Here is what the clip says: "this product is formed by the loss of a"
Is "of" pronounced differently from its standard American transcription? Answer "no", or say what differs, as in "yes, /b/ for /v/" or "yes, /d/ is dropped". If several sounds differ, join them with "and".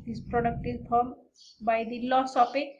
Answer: yes, /p/ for /v/